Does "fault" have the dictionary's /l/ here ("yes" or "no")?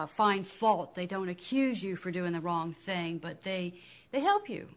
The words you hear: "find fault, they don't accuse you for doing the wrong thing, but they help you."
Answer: yes